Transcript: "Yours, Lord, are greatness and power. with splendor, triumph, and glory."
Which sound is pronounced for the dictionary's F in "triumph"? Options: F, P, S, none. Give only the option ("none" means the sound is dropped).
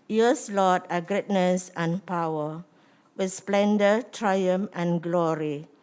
none